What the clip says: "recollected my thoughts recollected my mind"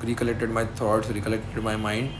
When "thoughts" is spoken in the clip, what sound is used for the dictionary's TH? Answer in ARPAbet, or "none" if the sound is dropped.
T